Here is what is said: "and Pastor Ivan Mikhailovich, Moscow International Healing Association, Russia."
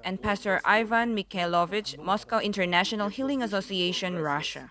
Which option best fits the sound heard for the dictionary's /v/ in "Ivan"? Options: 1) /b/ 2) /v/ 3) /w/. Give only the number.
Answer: 2